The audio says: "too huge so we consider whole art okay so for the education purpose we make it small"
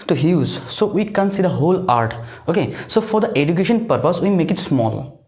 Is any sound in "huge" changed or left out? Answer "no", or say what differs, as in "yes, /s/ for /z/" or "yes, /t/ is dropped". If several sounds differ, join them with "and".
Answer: yes, /z/ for /dʒ/